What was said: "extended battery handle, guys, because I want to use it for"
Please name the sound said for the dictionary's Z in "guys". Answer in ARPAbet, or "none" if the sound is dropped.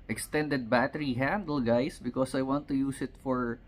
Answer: S